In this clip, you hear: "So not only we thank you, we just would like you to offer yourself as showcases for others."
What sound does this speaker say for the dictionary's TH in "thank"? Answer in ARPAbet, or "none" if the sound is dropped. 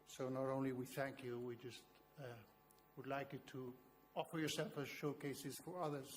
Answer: TH